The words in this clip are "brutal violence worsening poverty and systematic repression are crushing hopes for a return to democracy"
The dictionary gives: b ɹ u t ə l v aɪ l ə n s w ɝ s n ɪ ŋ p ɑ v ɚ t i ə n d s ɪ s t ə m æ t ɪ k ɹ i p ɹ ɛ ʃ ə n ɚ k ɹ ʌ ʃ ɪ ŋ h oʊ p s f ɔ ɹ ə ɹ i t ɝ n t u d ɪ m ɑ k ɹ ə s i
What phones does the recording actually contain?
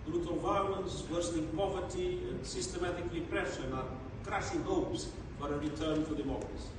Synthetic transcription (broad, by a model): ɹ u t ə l v aɪ l ə n s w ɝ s l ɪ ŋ p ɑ v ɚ t i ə n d s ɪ s t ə m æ t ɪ k ɹ i p ɹ ɛ ʃ ə n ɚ k ɹ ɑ s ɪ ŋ h oʊ p s f ɔ ɹ ə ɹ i t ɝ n t u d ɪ m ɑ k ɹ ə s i